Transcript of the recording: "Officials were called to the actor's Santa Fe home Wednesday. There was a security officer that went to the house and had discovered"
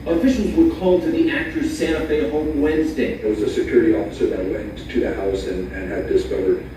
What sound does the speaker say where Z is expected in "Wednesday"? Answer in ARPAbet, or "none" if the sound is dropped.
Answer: Z